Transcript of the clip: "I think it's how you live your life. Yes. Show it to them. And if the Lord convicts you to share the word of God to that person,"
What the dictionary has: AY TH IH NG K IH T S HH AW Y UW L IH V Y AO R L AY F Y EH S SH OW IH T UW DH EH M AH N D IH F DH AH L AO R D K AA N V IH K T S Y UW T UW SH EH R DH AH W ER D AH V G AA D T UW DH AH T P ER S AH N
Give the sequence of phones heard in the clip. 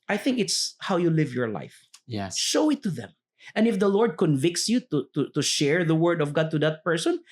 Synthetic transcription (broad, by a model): AY TH IH NG K IH T S HH AW Y UW L IH V Y AO R L AY F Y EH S SH OW IH T UW DH EH M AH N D IH F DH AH L AO R D K AA N V IH K T S Y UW T UW SH EH R DH AH W ER D AH V G AA D T UW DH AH T P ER S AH N